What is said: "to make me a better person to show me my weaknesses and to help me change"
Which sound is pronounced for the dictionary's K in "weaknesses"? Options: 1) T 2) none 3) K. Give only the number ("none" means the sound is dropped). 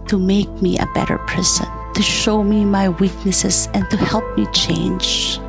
3